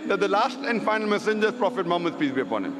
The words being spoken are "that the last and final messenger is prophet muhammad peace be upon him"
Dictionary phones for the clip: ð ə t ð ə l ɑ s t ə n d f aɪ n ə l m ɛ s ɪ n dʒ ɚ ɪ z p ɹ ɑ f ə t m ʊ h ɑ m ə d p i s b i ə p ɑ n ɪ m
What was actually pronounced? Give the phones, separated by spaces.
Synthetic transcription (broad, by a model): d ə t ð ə l ɑ s t ə n d f aɪ n ə l m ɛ s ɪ n dʒ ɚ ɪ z p ɹ ɑ f ə t m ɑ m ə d p i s b i ə p ɑ n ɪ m